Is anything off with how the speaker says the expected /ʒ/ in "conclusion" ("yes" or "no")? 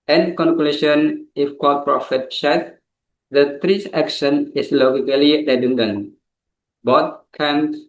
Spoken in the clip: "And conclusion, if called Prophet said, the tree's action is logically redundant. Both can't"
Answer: yes